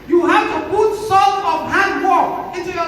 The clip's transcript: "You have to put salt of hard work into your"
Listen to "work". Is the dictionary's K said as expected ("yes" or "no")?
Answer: no